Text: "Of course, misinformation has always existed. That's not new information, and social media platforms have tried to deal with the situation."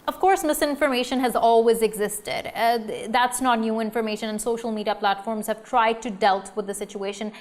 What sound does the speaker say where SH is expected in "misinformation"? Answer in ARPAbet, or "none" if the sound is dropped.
SH